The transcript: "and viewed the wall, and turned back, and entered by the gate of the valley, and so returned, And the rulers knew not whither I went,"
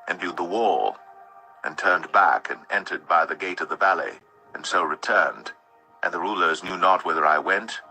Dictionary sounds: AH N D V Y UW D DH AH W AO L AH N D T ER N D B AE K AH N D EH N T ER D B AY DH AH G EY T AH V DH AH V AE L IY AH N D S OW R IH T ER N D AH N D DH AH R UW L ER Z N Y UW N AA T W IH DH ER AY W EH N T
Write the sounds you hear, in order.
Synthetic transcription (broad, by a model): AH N V Y UW D DH AH W AO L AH N T ER N B AE K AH N EH N T ER D B AY DH AH G EY T AH V DH AH V AE L IY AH N S OW R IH T ER N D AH N DH AH R UW L ER Z N Y UW N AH T W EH DH ER AY W EH N T